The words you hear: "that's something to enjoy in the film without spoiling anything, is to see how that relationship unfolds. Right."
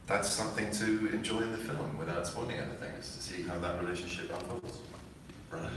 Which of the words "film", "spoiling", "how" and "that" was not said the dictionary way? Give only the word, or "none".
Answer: spoiling